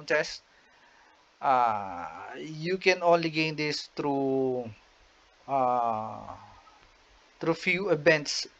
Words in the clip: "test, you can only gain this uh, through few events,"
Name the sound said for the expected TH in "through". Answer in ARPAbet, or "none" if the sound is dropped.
T